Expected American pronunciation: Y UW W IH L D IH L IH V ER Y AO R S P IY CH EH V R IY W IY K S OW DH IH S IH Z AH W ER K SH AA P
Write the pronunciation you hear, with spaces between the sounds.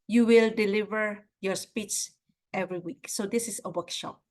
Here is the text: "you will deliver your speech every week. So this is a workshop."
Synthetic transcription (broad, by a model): Y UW W IH L D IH L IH V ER Y AO R S P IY S EH V R IY W IY K S OW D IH S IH S AH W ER K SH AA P